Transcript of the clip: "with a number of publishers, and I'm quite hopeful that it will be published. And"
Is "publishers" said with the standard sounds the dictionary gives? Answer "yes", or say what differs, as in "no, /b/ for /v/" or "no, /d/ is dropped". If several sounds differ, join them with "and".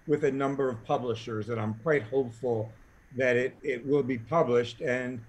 yes